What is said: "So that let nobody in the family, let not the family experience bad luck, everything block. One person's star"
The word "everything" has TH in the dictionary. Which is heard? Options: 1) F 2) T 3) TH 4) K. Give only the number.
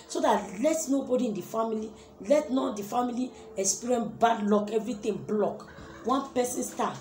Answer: 2